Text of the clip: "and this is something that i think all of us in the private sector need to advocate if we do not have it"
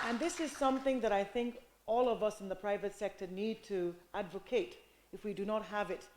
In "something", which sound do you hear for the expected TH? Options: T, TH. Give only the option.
TH